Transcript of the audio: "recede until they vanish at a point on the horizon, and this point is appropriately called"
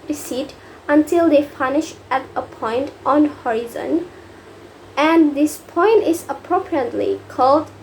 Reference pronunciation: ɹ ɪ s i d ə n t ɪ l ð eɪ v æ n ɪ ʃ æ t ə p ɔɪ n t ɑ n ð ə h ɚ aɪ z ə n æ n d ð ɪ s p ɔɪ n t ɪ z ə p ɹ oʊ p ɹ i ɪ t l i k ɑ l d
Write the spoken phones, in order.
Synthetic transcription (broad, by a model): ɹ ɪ s i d ə n t ɪ l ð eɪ p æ n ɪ ʃ æ t ə p ɔɪ n t ɑ n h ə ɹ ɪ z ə n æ n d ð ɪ s p ɔɪ n t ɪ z ə p ɹ oʊ p ɹ i ɪ t l i k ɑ l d